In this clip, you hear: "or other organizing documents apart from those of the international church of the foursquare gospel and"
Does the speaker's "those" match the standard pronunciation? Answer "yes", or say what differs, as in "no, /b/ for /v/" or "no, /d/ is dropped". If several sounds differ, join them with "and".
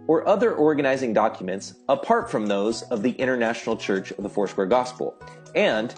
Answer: yes